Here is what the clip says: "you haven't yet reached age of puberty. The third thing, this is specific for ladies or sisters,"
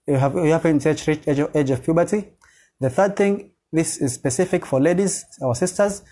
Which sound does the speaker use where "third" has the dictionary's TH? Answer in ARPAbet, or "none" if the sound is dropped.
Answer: TH